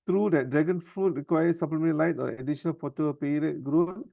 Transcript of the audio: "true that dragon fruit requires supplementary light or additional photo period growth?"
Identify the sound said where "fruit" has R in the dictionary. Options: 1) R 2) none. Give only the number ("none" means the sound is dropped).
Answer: 2